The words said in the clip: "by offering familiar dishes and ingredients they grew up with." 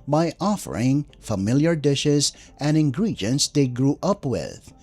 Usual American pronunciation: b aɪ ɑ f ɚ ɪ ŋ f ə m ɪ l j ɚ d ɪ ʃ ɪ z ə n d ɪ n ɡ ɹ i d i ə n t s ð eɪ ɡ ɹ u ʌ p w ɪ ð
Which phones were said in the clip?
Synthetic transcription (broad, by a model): b aɪ ɑ f ɚ ɪ ŋ f ə m ɪ l j ɚ d ɪ ʃ ɪ z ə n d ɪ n ɡ ɹ i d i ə n t s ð eɪ ɡ ɹ u ʌ p w ɪ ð